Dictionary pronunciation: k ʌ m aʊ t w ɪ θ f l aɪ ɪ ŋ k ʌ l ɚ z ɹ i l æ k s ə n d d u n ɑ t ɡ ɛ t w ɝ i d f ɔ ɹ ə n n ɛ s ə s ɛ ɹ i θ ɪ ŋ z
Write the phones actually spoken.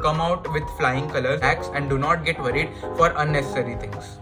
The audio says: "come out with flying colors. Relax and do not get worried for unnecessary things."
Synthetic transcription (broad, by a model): k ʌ m aʊ t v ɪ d f l aɪ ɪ ŋ k ʌ l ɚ ɹ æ k s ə n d d u n ɑ t ɡ ɛ t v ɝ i d f ɔ ɹ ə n n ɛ s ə s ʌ ɹ i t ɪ ŋ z